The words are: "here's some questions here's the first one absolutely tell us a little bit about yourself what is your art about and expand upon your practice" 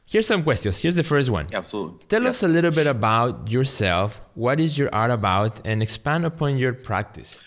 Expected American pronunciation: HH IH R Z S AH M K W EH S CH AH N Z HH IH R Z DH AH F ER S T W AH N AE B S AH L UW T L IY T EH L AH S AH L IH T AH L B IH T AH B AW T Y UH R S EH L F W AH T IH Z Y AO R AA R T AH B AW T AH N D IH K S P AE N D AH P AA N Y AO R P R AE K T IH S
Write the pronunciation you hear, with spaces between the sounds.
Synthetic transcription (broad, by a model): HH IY R S AH M K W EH S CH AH N S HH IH R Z DH AH F ER S T W AH N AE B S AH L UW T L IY T EH L AH S AH L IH T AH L B IH T AH B AW T Y UH R S EH L F W AH T IH Z Y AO R AA R T AH B AW T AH N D IH K S P AE N D AH P AA N Y AO R P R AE K T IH S